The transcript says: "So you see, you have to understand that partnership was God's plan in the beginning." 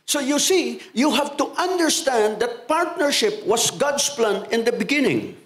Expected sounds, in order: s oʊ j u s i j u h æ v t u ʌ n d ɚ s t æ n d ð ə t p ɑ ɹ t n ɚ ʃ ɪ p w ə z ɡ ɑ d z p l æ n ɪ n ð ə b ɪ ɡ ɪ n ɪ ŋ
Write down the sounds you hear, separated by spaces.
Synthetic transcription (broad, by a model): s oʊ j u s i j u h æ v t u ʌ n d ɚ s t æ n d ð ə t p ɑ ɹ t n ɚ ʃ ɪ p w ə s ɡ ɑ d s p l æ n ɪ n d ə b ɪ ɡ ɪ n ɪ ŋ